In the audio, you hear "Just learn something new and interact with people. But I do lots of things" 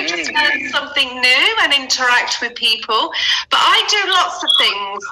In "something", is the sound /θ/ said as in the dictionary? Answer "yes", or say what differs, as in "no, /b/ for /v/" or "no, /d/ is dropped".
yes